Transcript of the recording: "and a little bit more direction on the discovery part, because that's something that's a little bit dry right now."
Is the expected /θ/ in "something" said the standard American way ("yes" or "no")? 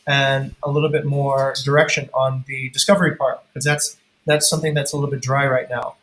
yes